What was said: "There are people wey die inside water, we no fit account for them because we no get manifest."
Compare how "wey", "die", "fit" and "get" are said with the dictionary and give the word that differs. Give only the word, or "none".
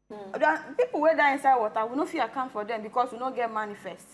fit